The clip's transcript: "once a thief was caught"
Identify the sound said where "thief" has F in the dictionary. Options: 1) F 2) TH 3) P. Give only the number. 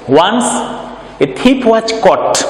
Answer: 3